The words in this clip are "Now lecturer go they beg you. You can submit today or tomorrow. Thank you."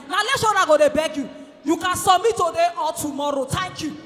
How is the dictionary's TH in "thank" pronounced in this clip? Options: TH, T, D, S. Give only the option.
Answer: T